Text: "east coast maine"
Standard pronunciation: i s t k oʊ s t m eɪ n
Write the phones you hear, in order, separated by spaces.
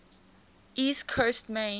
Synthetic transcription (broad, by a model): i s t k oʊ s t m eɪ